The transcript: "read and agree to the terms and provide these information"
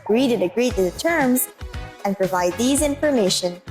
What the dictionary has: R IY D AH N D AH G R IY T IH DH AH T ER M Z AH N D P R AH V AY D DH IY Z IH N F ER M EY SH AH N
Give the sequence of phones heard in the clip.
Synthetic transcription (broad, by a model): R IY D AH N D AH G R IY T IH DH AH T ER M Z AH N P R AH V AY D DH IY Z IH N F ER M EY SH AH N